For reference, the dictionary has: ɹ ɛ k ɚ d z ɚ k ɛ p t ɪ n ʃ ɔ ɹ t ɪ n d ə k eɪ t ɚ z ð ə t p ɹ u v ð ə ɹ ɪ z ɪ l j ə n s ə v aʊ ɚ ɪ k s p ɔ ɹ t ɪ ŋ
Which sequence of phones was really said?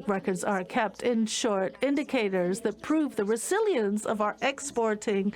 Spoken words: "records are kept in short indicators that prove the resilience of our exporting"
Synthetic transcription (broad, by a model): ɹ ɛ k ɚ d z ɚ k ɛ p t ɪ n ʃ ɔ ɹ t ɪ n d ə k eɪ t ɚ z ð ə t p ɹ u v ð ə ɹ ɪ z ɪ l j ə n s ə v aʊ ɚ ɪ k s p ɔ ɹ t ɪ ŋ